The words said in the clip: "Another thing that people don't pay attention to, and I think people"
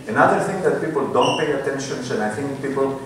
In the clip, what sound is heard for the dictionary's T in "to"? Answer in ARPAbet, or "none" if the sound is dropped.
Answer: S